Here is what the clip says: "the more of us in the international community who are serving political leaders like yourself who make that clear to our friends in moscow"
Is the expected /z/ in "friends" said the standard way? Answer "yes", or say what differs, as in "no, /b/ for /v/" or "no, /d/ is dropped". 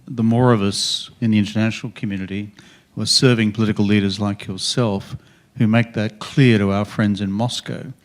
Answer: yes